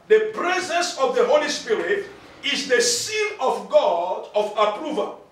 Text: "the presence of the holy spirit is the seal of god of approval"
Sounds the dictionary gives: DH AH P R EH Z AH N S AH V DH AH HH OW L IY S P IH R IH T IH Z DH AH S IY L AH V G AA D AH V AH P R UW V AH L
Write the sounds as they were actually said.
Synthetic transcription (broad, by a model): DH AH P R EH Z AH N S AH V DH AH HH OW L IY S P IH R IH T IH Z DH AH S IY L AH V G AA D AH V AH P R UW V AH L